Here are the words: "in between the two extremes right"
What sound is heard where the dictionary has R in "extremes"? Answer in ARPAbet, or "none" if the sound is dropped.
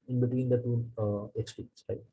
none